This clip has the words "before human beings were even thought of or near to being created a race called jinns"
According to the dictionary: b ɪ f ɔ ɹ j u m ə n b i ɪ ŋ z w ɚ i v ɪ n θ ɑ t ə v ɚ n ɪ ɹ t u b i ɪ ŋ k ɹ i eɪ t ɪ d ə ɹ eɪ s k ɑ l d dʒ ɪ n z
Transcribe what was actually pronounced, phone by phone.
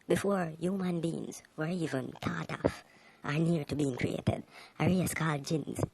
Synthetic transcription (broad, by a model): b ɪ f ɔ ɹ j u m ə n b i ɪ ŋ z w ɚ i v ɪ n t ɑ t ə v ɚ n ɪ ɹ t u b i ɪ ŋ k ɹ i eɪ t ɪ d ə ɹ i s k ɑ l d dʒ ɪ n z